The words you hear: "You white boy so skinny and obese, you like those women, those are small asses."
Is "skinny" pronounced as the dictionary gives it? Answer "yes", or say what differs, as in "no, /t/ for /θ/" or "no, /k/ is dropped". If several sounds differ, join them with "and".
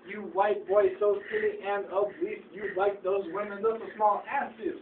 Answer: no, /k/ is dropped and /l/ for /n/